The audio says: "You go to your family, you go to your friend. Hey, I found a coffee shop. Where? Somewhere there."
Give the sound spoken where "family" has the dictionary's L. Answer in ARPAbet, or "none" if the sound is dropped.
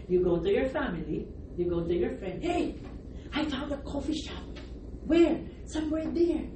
L